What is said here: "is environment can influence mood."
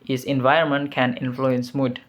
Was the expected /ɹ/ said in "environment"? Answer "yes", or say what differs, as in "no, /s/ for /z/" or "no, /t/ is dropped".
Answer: no, /ɹ/ is dropped